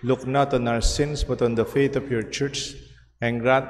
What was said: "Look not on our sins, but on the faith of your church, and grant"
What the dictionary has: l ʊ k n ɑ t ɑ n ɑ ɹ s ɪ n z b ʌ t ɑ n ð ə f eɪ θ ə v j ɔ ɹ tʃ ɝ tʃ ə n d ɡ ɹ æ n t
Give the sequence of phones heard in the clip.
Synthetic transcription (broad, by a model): l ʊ k n ɑ t ɑ n ɑ ɹ s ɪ n s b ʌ t ɑ n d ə f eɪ t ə f j ɔ ɹ tʃ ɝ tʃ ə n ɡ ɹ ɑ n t